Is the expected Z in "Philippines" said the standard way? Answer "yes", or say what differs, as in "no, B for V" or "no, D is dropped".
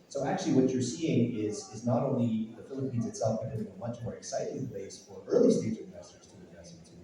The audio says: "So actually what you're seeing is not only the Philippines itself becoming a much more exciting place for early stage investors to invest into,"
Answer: yes